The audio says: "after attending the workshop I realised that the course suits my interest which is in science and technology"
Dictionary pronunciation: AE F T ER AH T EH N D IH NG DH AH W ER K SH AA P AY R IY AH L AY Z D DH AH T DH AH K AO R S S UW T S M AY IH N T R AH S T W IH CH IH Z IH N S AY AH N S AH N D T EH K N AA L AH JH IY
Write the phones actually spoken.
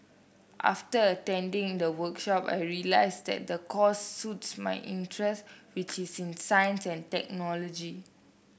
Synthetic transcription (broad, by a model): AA F T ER AH T EH N D IH NG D AH W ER K SH AA P AY R IY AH L AY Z D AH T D AH K AO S S UW T S M AY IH N T R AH S T W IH CH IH S IH N S AY AH N S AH N T EH K N AA L AH JH IY